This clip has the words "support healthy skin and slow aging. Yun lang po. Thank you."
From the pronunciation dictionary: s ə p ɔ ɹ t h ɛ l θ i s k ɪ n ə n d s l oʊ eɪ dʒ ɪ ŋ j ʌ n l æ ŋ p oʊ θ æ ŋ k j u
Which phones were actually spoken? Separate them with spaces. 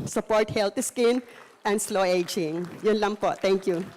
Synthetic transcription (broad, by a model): s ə p ɔ ɹ t h ɛ l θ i s k ɪ n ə n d s l oʊ eɪ dʒ ɪ ŋ j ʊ n l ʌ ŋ p oʊ t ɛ ŋ k j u